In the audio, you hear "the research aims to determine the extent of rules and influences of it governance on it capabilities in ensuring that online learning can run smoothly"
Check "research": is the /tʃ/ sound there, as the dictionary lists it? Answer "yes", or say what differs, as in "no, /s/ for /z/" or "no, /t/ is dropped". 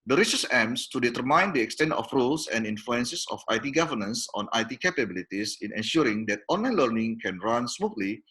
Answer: no, /s/ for /tʃ/